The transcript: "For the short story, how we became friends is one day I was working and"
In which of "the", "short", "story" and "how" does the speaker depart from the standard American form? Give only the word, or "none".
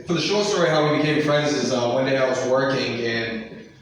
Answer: none